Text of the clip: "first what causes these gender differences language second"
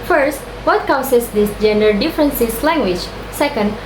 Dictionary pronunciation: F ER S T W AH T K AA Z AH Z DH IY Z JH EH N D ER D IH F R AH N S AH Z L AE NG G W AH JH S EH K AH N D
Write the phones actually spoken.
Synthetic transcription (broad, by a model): F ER S T W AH T K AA S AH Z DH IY S JH EH N D ER D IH F R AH N S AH S L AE NG G W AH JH S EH K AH N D